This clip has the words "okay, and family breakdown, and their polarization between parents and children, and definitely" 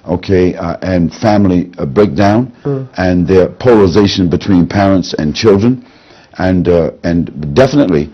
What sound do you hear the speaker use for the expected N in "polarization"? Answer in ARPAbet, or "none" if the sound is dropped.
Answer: N